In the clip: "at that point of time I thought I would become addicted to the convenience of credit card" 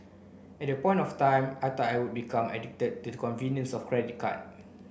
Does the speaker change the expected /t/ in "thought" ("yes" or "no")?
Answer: yes